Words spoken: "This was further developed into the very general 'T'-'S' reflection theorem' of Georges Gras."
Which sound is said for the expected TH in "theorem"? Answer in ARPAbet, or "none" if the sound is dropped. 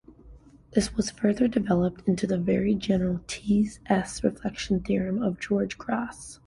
TH